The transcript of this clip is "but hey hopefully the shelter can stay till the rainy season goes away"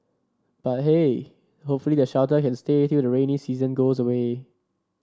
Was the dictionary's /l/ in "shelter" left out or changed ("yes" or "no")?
yes